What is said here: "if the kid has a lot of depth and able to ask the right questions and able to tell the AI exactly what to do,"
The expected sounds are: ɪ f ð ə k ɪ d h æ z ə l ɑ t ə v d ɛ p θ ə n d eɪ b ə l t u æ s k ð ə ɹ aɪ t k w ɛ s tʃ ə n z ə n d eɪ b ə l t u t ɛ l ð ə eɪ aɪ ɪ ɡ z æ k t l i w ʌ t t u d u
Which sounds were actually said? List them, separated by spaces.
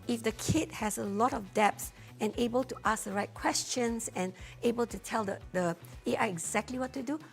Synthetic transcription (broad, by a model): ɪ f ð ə k ɪ d h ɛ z ə l ɑ t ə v d ɛ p s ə n eɪ b ə l t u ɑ s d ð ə ɹ aɪ t k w ɛ s tʃ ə n s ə n eɪ b ə l t u t ɛ l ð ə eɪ aɪ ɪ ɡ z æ k t l i w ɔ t t u d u